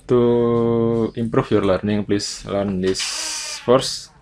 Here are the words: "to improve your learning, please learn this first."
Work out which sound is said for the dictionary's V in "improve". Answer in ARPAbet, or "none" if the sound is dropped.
F